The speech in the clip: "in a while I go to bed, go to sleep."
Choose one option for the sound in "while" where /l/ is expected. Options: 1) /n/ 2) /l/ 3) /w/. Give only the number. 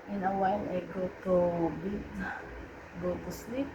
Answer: 1